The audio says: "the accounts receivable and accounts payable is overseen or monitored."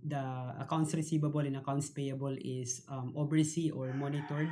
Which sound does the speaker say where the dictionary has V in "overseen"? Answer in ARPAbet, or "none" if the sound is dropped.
B